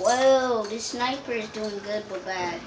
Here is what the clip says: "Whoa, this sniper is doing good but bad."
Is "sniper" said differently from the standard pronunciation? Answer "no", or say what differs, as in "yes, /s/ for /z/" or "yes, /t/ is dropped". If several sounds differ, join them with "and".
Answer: no